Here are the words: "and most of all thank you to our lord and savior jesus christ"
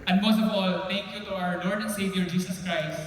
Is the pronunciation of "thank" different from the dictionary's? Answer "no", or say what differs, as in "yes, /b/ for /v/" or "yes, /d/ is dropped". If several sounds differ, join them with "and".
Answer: yes, /t/ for /θ/